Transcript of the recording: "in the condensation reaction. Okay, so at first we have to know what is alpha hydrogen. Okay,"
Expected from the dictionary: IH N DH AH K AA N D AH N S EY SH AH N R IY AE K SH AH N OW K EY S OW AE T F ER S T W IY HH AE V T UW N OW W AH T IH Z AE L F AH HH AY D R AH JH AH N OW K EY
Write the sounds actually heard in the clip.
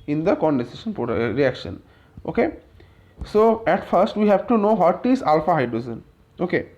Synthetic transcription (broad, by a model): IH N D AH K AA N D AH S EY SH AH N R IY AE K SH AH N OW K EY S OW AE T F ER S T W IY HH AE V T UW N OW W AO T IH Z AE L F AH HH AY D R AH Z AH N OW K EY